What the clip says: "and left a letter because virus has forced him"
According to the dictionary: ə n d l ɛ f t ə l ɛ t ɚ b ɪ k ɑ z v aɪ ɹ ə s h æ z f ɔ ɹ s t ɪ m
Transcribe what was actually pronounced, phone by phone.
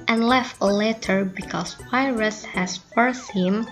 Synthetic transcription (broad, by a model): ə n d l ɛ f t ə l ɛ t ɚ b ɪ k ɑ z p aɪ ɹ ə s h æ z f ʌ ɹ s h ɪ m